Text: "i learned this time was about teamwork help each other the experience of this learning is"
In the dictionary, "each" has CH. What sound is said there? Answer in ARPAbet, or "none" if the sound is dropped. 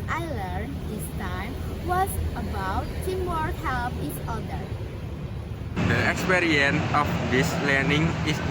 S